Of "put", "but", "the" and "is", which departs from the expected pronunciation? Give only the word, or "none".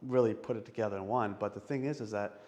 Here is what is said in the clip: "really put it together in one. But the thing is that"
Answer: none